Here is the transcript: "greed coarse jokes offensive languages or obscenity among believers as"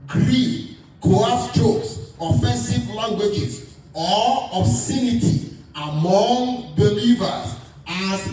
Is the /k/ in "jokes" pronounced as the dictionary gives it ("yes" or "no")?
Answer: no